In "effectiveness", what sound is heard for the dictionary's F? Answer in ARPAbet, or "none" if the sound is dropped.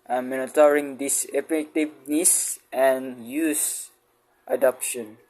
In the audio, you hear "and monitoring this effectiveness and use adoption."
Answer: P